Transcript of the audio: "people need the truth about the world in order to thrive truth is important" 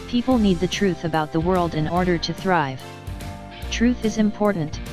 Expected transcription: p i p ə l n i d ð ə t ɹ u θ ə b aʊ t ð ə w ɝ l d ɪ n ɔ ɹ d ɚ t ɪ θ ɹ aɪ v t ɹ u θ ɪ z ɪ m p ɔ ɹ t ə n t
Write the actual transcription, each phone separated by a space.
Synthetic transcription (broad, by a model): p i p l n i d ð ə t ɹ u θ ə b aʊ t ð ə w ɝ l d ɪ n ɔ ɹ d ɚ t ɪ θ ɹ aɪ v t ɹ u θ ɪ z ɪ m p ɔ ɹ t n t